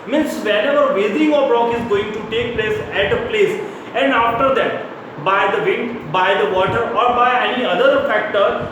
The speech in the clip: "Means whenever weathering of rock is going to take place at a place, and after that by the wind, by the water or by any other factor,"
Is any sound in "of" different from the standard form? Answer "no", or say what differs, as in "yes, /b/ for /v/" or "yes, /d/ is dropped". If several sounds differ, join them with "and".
yes, /b/ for /v/